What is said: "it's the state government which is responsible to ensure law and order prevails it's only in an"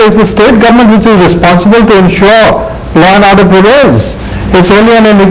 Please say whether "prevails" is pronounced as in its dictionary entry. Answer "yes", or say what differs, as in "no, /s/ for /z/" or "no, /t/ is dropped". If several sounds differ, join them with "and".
no, /l/ is dropped